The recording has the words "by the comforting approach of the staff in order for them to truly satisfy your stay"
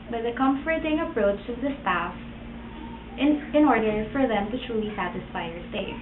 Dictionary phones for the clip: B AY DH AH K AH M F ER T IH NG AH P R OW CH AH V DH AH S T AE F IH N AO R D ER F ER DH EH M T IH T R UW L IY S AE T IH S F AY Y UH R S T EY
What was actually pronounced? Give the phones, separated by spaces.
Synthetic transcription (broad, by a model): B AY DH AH K AH M F ER T IH NG AH P R OW CH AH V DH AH S T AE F IH N AO R D ER F ER DH EH M T IH T R UW L IY S AE T IH S F AY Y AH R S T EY